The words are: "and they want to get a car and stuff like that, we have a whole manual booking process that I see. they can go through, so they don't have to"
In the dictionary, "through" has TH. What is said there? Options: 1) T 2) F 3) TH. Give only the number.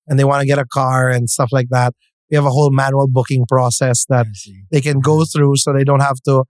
3